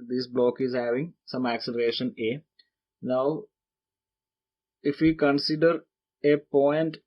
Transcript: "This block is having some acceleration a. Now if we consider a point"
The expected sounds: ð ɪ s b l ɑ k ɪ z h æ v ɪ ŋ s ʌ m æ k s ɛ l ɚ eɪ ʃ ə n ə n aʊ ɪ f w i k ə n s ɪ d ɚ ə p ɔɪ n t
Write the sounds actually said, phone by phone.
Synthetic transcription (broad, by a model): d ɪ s b l ɑ k ɪ z h æ v ɪ ŋ s ʌ m æ k s ɛ l ɚ eɪ ʃ ə n ə n aʊ ɪ f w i k ə n s ɪ d ɚ ə p ɔɪ n t